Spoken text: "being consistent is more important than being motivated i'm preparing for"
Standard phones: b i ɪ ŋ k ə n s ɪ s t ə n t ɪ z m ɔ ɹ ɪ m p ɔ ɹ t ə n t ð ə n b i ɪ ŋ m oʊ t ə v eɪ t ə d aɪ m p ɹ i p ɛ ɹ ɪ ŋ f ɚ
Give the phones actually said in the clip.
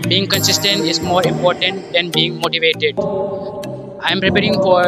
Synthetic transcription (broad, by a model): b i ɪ ŋ k ə n s ɪ s t ə n t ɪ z m ɔ ɹ ɪ m p ɔ ɹ t ə n t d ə n b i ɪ ŋ m oʊ t ə v eɪ t ə d aɪ m p ɹ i p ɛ ɹ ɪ ŋ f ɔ